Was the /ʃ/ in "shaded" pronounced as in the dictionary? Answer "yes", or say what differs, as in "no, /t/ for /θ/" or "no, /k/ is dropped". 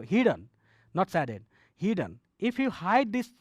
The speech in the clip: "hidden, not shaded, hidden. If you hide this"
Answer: no, /s/ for /ʃ/